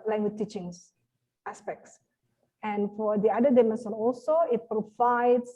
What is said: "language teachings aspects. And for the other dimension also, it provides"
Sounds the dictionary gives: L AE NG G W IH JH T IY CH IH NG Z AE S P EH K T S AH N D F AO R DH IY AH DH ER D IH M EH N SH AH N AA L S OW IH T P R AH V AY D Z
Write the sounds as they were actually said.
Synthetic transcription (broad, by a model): L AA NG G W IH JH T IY CH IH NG S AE S P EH K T S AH N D F AO R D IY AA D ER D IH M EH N S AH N AA L S OW IH T P R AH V AY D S